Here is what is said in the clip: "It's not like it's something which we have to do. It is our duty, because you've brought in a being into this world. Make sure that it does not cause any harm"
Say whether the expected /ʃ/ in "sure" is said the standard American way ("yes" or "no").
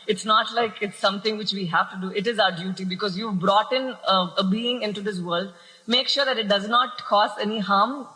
yes